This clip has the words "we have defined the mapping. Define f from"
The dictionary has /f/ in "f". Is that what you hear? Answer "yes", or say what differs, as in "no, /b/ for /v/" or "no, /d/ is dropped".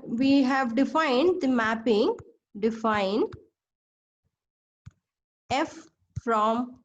yes